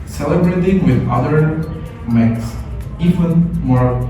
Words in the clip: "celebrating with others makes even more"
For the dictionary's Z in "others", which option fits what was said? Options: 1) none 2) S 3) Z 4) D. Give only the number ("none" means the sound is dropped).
1